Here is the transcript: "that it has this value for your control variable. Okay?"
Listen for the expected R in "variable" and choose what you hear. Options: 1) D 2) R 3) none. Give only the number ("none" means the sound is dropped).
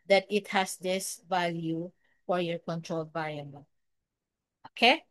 3